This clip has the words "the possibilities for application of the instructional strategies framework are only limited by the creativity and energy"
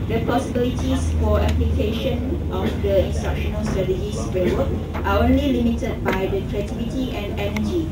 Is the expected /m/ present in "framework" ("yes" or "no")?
no